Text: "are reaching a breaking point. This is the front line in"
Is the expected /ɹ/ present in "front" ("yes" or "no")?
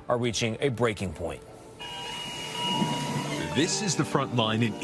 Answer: yes